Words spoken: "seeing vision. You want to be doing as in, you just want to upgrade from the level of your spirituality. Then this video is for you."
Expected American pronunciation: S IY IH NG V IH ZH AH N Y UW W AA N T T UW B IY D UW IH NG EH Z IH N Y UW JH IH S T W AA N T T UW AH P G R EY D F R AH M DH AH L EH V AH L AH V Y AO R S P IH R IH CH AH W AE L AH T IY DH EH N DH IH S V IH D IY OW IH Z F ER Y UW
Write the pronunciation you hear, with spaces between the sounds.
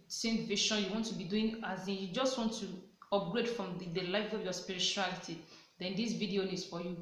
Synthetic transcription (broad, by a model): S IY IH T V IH SH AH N Y UW W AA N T T UW B IY D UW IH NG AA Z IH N Y UW JH IH S T W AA N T T UW AH P G R EY D F R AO M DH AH L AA AH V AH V Y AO S P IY R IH CH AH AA L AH T IY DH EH N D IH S V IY D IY OW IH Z F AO Y UW